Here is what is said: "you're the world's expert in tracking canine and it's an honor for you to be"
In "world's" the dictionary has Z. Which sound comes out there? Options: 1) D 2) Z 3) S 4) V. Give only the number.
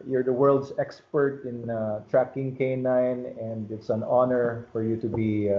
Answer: 3